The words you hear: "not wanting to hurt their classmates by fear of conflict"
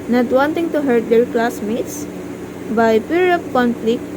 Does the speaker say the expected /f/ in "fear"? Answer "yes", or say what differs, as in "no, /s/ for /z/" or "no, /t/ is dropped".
no, /p/ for /f/